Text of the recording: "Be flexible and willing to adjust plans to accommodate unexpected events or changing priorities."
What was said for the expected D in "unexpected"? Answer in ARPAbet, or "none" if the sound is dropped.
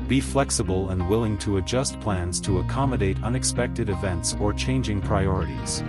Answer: D